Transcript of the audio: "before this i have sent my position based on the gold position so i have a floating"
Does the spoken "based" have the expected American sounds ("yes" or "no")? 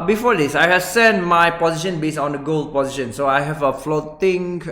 no